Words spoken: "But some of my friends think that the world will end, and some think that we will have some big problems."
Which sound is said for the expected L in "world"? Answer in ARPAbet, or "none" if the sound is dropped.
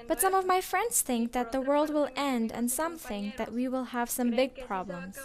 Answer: L